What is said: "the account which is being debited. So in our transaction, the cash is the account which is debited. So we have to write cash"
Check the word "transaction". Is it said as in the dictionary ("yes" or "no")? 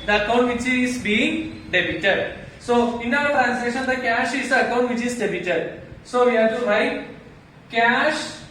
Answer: no